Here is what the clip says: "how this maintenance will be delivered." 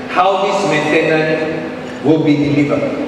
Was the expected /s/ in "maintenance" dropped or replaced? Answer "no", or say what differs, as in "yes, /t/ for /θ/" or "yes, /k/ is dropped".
yes, /s/ is dropped